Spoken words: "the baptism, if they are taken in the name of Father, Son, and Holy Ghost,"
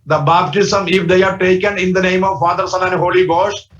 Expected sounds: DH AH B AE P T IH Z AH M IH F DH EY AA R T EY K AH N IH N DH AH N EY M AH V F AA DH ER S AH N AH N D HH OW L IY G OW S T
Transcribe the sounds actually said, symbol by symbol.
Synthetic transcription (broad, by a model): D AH B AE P T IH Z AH M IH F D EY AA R T EY K AH N IH N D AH N EY M AH V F AA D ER S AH L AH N HH OW L IY G OW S T